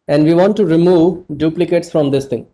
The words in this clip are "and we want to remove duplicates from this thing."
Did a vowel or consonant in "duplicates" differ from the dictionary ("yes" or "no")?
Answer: no